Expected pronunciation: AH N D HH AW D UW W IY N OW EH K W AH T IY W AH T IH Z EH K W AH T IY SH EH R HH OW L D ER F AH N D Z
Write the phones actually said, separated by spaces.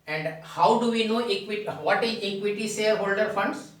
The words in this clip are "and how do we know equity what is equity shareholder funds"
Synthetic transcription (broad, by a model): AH N D HH AW D UW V IY N OW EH K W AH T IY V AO T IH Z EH K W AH T IY S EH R HH OW L D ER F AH N D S